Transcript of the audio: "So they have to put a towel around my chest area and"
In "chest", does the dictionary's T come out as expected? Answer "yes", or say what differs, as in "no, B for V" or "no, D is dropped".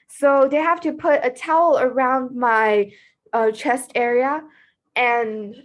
yes